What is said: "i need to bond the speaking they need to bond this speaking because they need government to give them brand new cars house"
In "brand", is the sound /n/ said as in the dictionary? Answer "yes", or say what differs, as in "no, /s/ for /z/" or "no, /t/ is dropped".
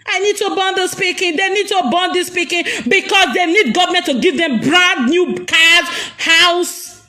no, /n/ is dropped